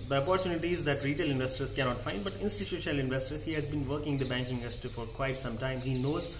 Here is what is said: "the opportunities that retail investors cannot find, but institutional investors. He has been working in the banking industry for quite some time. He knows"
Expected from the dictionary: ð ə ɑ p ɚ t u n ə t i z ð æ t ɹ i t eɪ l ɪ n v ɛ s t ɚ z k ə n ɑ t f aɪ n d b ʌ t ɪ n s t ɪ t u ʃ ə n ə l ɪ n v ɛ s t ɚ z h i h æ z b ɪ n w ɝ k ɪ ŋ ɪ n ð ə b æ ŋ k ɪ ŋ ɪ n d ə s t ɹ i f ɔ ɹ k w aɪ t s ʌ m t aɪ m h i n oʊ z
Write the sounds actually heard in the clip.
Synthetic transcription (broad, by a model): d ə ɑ p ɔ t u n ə t i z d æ t ɹ i t eɪ l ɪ n v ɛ s t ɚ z k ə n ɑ t f aɪ n d b ʌ t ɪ n s t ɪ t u ʃ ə n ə l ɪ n v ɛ s t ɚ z h i h æ z b ɪ n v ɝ k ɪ ŋ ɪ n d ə b æ ŋ k ɪ ŋ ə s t i f ɔ ɹ k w aɪ t s ʌ m t aɪ m h i n oʊ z